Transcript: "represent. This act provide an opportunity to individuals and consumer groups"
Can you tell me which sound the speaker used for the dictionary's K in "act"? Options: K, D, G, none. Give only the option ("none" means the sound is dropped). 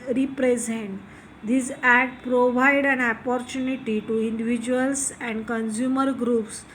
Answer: none